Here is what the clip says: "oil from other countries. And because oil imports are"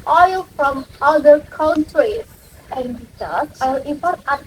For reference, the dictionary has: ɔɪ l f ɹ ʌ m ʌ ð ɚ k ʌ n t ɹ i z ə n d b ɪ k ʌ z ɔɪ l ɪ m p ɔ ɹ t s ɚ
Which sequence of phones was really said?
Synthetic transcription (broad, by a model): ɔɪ l f ɹ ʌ m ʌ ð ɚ k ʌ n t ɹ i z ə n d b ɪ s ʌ s ɔɪ l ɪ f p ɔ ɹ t ɚ